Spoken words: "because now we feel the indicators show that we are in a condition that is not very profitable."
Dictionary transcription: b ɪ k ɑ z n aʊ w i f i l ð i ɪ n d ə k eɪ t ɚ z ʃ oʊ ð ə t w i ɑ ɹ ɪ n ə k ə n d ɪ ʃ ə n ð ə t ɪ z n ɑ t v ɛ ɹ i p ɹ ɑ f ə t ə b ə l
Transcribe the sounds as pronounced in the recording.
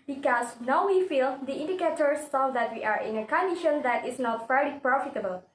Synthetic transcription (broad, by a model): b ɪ k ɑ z n aʊ w i f i l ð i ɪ n d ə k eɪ t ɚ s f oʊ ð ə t w i ɑ ɹ ɪ n ə k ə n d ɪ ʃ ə n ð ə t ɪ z n ɑ t f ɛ ɹ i p ɹ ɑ f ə t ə b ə l